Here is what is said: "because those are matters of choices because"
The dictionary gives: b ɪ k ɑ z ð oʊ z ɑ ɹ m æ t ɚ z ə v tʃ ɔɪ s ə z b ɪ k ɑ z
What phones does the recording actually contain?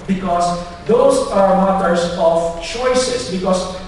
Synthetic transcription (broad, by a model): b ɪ k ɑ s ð oʊ s ɑ ɹ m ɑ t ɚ s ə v tʃ ɔɪ s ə s b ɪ k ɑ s